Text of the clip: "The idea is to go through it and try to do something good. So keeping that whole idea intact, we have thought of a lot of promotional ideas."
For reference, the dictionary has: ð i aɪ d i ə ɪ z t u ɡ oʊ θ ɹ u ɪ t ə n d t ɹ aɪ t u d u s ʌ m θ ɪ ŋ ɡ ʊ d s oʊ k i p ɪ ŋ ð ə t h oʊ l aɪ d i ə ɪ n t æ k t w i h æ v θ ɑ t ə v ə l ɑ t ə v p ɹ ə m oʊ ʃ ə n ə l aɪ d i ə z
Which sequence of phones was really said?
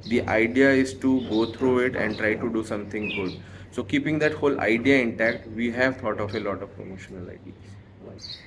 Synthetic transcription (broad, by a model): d i aɪ d i ə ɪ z t u ɡ oʊ t ɹ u ɪ t ə n d t ɹ aɪ t u d u s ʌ m t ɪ ŋ ɡ ʊ d s oʊ k i p ɪ ŋ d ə t h oʊ l aɪ d i ə ɪ n t æ k t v i h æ v t ɑ t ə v ə l ɑ t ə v p ɹ ə m oʊ ʃ ə n ə l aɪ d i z